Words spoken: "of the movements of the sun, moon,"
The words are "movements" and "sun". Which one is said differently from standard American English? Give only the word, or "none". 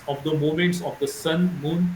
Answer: movements